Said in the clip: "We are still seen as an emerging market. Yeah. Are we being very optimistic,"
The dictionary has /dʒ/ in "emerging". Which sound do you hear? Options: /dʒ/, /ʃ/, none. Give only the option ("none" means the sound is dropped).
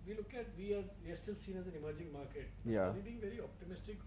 /dʒ/